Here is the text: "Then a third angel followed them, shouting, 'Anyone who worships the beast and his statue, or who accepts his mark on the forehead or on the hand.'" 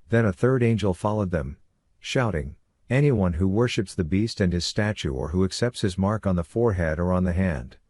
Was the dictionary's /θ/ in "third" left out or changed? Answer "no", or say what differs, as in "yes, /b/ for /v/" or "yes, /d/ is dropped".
no